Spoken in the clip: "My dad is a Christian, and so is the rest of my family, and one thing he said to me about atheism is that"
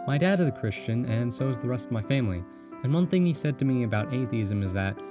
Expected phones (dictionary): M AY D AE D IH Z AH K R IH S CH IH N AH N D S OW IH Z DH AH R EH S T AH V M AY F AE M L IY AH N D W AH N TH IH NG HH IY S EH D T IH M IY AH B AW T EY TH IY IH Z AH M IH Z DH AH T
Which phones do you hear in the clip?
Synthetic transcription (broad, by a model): M AY D AE D IH Z AH K R IH S CH IH N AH N S OW IH Z DH AH R EH S T AH V M AY F AE M L IY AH N W AH N TH IH NG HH IY S EH D T IH M IY AH B AW T EY TH IY IH Z AH M IH Z DH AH T